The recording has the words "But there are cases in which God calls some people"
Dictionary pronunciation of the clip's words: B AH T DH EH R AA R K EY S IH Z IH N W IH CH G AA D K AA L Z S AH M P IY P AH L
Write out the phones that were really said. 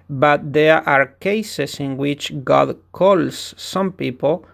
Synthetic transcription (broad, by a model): B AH T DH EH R AA R K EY S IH S IH N W IH CH G AA D K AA L S AH M P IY P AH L